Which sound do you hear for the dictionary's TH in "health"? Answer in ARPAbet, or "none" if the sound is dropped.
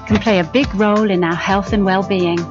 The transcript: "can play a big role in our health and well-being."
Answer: TH